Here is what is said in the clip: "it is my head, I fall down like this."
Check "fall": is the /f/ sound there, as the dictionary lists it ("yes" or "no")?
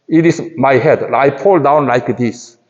no